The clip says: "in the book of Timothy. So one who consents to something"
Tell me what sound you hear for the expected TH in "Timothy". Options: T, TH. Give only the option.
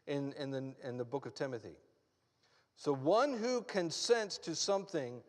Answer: TH